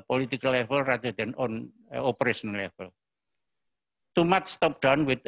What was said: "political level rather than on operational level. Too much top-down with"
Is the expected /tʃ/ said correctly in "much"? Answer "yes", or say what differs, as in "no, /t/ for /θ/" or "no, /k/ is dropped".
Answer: no, /s/ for /tʃ/